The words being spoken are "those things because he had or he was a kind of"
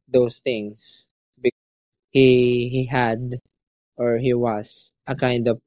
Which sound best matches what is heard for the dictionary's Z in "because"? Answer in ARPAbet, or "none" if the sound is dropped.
none